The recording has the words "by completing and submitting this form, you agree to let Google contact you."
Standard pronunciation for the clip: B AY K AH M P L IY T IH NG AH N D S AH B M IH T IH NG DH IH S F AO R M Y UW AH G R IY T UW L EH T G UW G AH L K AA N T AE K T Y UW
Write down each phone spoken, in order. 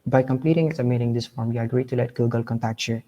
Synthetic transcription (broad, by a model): B AY K AH M P L IY T IH NG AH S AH M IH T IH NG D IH S F AO R M Y UW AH G R IY T UW L EH T G UW G AH L K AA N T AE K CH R